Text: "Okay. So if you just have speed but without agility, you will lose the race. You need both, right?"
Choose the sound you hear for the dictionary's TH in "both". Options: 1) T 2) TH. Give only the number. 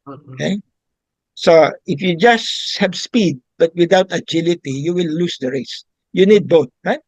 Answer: 1